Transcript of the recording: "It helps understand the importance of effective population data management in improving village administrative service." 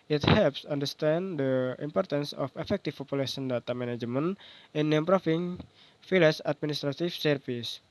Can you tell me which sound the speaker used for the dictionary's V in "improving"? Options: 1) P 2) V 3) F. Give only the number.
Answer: 3